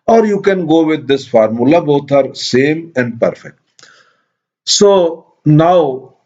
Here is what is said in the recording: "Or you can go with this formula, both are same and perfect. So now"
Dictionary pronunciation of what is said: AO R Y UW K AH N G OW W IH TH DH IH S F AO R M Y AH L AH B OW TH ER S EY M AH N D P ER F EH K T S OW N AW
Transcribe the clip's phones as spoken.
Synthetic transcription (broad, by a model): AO R Y UW K AH N G OW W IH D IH S F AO R M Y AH L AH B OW T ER S EY M AH N D P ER F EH K T S OW N AW